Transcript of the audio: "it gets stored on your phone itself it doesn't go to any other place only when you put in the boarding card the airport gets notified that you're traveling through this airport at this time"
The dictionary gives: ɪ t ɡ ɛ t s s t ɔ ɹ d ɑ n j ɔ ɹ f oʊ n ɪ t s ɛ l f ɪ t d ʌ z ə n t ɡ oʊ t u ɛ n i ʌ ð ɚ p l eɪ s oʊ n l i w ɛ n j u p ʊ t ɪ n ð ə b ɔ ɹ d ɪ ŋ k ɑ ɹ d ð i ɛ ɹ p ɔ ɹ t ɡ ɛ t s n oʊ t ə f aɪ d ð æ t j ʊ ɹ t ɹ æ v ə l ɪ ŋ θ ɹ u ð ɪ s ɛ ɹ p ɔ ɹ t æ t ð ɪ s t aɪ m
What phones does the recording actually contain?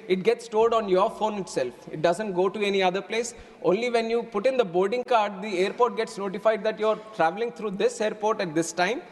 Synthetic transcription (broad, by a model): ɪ t ɡ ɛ t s s t ɔ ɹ d ɑ n j ɔ ɹ f oʊ n ɪ t s ɛ l f ɪ t d ʌ z ə n t ɡ oʊ t u ɛ n i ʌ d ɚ p l eɪ s oʊ n l i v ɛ n j u p ʊ t ɪ n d ə b ɔ ɹ d ɪ ŋ k ɑ ɹ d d i ɛ ɹ p ɔ ɹ t ɡ ɛ t s n oʊ t ə f aɪ d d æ t j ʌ ɹ t ɹ æ v ə l ɪ ŋ t ɹ u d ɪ s ɛ ɹ p ɔ ɹ t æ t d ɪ s t aɪ m